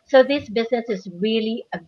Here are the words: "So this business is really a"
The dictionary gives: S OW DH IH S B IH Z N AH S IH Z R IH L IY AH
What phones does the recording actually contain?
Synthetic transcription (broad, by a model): S OW DH IH S B IH Z N AH S IH Z R IH L IY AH